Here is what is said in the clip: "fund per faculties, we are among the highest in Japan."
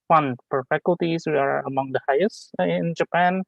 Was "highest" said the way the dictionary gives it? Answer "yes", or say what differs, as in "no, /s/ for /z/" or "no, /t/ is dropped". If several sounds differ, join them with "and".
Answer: no, /t/ is dropped